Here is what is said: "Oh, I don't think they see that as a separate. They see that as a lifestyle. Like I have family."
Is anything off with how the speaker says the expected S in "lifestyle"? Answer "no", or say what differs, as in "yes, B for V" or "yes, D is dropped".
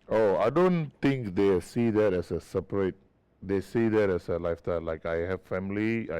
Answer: yes, S is dropped